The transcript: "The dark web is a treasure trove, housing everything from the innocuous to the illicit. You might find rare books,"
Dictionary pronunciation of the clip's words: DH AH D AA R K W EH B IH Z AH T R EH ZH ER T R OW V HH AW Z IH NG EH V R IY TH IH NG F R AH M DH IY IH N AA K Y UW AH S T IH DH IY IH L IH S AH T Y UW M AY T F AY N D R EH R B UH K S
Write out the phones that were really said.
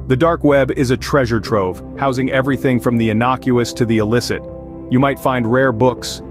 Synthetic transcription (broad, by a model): DH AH D AA R K W EH B IH Z AH T R EH ZH ER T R OW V HH AW Z IH NG EH V R IY TH IH NG F R AH M DH IY IH N AA K Y UW AH S T IH DH IY IH L IH S AH T Y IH M AY T F AY N D R EH R B UH K S